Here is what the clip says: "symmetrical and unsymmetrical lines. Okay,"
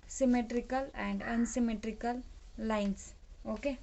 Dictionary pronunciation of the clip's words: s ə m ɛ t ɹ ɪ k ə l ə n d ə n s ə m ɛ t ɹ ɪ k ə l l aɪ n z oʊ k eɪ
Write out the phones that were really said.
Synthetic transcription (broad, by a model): s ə m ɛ t ɹ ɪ k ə l ə n d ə n s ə m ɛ t ɹ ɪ k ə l l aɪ n s oʊ k eɪ